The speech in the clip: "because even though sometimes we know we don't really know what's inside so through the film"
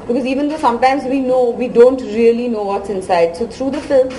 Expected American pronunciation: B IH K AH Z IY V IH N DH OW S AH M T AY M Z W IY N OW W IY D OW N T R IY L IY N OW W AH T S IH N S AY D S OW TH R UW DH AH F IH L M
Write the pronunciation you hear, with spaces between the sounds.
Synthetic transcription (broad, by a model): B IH K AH Z IY V IH N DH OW S AH M T AY M Z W IY N OW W IY D OW N T R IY L IY N OW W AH T S IH N S AY D S OW T R UW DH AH F IH L M